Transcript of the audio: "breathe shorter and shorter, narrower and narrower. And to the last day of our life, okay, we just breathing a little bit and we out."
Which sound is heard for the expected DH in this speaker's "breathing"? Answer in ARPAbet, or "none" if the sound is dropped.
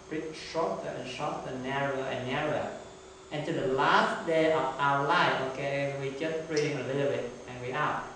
none